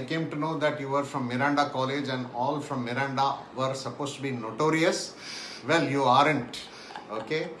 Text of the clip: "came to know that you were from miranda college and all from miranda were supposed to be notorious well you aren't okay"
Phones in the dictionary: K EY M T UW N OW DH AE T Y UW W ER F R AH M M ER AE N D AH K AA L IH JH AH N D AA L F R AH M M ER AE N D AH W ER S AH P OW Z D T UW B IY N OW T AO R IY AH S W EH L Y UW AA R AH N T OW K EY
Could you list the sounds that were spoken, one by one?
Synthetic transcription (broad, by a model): K EY M T UW N OW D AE T Y UW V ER F R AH M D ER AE N D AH K AA L IH JH AH N D AA L F R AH M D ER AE N D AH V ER S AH P OW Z T UW B IY N OW T AO R IY AH S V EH L Y UW AA R AH N T OW K EY